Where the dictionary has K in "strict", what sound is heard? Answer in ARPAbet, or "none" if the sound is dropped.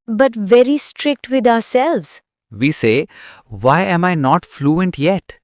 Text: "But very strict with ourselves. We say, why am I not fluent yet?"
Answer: K